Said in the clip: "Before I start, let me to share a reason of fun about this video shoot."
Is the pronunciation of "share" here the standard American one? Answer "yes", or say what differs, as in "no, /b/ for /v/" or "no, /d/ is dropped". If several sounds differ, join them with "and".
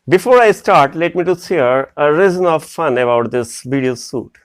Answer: no, /s/ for /ʃ/